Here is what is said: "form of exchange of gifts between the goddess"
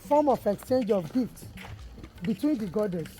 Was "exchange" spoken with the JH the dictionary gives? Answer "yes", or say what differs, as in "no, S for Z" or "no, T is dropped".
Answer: yes